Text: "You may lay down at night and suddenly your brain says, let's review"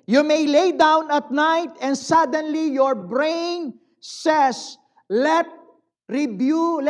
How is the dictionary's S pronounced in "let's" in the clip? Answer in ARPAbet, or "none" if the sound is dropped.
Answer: none